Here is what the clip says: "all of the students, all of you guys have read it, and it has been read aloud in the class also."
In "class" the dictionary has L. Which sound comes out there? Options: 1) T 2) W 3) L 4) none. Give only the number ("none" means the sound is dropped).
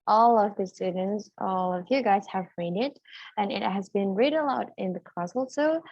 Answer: 4